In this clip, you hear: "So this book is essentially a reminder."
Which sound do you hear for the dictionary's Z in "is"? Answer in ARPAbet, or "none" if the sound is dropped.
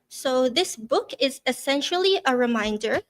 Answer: Z